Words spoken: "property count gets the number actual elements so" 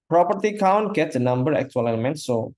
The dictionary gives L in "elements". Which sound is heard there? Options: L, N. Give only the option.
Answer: N